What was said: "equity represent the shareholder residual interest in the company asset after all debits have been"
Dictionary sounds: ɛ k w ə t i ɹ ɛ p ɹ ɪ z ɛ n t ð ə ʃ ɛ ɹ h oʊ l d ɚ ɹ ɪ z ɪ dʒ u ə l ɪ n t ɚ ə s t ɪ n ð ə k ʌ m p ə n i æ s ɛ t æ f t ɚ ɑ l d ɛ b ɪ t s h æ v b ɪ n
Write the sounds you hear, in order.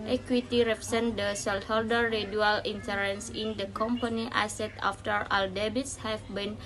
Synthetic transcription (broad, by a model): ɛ k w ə t i ɹ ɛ p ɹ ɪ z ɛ n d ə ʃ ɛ l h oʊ l d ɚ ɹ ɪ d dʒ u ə l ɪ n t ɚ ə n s ɪ n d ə k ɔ m p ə n i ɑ s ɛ t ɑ f t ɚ ɑ l d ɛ b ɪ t s h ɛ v b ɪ n